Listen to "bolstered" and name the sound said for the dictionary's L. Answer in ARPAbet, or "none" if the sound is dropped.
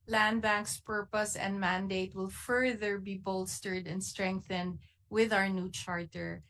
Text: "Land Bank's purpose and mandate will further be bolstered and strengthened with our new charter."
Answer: L